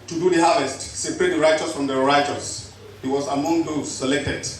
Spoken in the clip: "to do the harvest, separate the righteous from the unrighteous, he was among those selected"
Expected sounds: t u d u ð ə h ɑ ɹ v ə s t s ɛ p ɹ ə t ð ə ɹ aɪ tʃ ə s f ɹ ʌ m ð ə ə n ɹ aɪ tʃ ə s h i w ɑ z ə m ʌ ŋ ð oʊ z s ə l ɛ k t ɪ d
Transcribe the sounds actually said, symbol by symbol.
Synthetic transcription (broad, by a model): t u d u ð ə h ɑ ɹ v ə s t s ɛ p ɹ ə t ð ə ɹ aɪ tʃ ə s f ɹ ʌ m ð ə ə ɹ aɪ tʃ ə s h i w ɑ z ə m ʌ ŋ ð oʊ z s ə l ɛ k t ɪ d